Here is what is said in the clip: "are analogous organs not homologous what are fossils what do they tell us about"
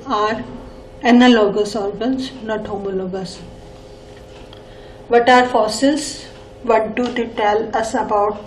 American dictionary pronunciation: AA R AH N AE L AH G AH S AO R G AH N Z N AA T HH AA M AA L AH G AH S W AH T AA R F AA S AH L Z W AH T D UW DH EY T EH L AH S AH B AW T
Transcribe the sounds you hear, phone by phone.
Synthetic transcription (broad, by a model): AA R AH N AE L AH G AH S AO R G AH N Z N AA T HH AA M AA L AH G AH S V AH T AA R F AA S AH Z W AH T D UW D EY T EH L AH S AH B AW T